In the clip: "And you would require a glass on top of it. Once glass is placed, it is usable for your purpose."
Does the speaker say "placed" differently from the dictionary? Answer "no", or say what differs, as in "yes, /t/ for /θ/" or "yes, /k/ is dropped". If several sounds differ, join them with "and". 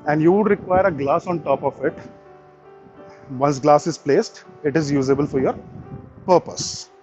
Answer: no